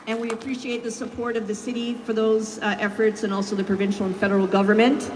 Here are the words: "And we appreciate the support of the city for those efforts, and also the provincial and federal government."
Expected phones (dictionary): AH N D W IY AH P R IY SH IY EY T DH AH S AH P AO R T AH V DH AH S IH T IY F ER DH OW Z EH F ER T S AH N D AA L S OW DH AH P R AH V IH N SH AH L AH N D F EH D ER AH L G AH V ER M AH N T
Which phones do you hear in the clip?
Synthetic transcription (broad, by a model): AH N W IY AH P R IY SH IY EY T DH AH S AH P AO R T AH V DH AH S IH T IY F ER DH OW Z EH F ER T S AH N AA L S OW DH AH P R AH V IH N SH L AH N F EH D ER L G AH V ER M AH N T